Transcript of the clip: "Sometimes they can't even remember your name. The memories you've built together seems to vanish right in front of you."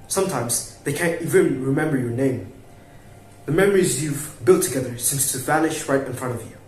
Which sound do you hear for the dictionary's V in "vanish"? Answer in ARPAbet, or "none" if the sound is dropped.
V